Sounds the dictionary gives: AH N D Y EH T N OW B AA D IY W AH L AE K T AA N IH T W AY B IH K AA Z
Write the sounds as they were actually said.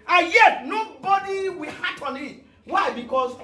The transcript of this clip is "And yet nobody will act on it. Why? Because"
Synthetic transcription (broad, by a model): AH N Y EH T N OW B AA D IY W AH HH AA T AA N IH T W AY B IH K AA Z